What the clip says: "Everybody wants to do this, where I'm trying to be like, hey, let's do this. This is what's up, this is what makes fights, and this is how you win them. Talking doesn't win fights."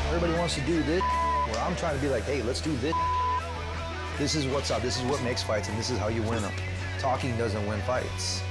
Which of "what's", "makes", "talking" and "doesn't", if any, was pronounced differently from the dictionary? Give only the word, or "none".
none